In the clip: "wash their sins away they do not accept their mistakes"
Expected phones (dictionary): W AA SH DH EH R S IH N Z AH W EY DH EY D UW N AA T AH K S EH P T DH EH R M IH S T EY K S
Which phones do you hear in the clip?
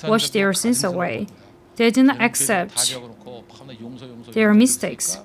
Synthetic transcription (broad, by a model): W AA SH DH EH R S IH N S AH W EY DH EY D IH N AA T AH K S EH P T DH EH R M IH S T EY K S